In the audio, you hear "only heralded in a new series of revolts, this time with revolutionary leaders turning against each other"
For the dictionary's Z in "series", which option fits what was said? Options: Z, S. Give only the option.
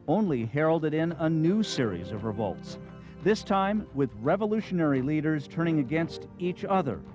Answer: Z